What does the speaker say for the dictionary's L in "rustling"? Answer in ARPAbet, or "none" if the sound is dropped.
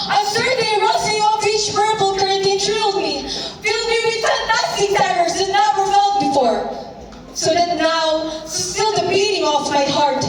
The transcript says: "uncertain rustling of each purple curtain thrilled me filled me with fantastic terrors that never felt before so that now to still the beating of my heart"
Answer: none